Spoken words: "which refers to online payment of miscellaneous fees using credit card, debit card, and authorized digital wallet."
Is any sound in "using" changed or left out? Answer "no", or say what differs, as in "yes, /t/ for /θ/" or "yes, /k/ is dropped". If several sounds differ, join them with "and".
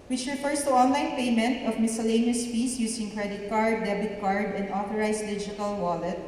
yes, /s/ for /z/